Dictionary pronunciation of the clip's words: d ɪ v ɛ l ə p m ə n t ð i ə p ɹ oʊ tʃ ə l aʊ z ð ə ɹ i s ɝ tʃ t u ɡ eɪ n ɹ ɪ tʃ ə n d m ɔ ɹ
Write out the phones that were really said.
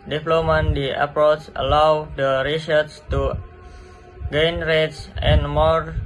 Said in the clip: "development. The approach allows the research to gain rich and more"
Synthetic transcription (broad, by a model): d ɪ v l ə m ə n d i ə p ɹ oʊ tʃ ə l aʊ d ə ɹ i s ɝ s t u ɡ eɪ n ɹ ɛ s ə n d m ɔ ɹ